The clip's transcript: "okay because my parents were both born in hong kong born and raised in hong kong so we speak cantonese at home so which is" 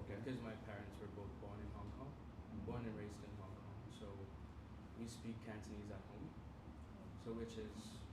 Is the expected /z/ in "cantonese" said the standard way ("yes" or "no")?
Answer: yes